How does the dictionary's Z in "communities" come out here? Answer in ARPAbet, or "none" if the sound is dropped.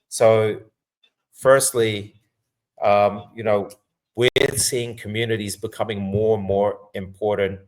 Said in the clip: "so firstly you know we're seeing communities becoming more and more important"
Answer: Z